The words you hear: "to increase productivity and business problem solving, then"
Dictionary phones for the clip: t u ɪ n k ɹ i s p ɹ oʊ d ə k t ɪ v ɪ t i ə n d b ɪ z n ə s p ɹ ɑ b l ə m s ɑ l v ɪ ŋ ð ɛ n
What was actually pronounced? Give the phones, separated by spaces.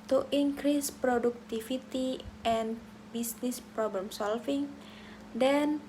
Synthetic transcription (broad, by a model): t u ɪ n k ɹ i s p ɹ oʊ d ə k t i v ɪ t i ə n b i s n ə s p ɹ ɑ b l ə m s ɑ l f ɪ ŋ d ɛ n